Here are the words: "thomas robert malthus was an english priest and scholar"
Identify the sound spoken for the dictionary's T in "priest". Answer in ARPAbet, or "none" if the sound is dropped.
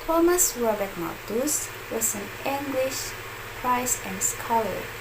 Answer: none